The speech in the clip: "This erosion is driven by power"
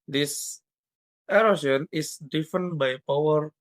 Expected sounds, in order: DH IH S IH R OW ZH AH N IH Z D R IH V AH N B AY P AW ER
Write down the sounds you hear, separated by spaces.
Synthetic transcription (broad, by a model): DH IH S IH R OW S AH N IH S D IY F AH N B AY P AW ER